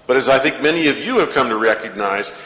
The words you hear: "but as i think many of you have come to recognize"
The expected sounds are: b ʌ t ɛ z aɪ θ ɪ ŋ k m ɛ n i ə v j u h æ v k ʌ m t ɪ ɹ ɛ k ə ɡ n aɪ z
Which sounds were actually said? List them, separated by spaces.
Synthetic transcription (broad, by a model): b ʌ t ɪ z aɪ θ ɪ ŋ k m ɛ n i ə v j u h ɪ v k ʌ m t ɪ ɹ ɛ k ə ɡ n aɪ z